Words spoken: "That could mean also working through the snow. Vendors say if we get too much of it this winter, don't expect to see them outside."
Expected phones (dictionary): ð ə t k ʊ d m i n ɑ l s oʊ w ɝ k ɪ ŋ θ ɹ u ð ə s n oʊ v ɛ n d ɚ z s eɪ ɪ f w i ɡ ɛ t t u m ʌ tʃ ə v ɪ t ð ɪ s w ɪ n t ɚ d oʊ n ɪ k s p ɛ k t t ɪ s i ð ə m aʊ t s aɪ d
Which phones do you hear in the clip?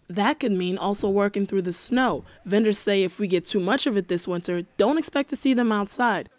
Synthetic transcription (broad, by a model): ð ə t k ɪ d m i n ɑ l s oʊ w ɝ k ɪ ŋ θ ɹ u ð ə s n oʊ v ɛ n d ɚ z s eɪ ɪ f w i ɡ ɛ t t u m ʌ tʃ ə v ɪ t ð ɪ s w ɪ n t ɚ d oʊ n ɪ k s p ɛ k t t ɪ s i ð ə m aʊ t s aɪ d